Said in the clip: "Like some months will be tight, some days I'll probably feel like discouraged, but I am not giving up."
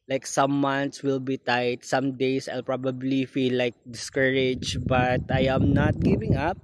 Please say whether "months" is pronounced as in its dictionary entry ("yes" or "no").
no